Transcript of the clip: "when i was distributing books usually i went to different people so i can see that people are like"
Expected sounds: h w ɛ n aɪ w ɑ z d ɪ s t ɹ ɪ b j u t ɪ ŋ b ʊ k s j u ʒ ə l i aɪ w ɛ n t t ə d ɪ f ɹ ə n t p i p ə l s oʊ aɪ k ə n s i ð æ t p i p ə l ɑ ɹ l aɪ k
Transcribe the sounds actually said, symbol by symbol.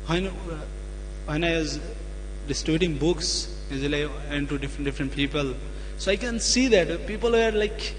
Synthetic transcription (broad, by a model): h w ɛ n aɪ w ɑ z d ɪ s t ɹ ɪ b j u t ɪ ŋ b ʊ k s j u z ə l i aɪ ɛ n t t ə d ɪ f ɹ ə n t p i p ə l s oʊ aɪ k ə n s i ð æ t p i p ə l ɑ ɹ l aɪ k